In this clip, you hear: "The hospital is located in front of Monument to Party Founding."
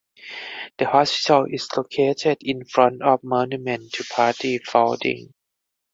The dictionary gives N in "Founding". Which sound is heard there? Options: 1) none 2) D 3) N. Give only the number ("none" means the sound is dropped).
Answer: 1